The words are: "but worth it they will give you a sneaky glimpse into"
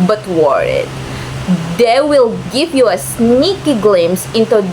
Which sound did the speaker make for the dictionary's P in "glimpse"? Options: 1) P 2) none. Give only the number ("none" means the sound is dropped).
2